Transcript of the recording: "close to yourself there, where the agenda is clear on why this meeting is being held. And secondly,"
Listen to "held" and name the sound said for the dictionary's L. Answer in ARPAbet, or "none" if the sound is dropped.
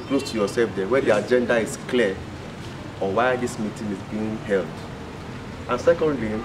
L